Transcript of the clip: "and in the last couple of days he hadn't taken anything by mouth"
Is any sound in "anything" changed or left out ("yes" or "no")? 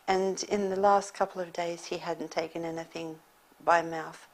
no